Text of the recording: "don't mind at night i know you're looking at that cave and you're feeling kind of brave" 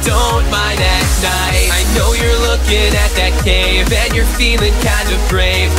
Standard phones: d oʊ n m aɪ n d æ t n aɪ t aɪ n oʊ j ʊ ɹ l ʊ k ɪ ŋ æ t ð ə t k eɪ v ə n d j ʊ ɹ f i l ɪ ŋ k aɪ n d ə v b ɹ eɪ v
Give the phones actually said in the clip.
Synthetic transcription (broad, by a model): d oʊ n m aɪ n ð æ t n aɪ aɪ n oʊ j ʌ ɹ l ʊ k ɪ ŋ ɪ t ð ə t k eɪ v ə n j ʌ ɹ f i l ɪ ŋ k aɪ n d ə v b ɹ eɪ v